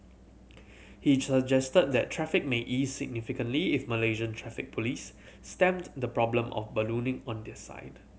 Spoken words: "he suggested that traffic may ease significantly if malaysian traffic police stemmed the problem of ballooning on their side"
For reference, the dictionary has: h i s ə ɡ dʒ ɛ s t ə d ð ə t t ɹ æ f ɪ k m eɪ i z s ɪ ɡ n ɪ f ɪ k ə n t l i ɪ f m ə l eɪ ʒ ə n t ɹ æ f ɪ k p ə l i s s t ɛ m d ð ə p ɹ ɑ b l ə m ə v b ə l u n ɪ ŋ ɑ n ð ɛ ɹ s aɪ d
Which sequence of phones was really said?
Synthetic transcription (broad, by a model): h i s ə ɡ dʒ ɛ s t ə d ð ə t t ɹ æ f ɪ k m eɪ i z s ɪ ɡ n ɪ f ɪ k ə n t l i ɪ f m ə l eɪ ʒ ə n t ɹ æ f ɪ k p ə l i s s t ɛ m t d ə p ɹ ɑ b l ə m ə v b ə l u n ɪ ŋ ɑ n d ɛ s aɪ d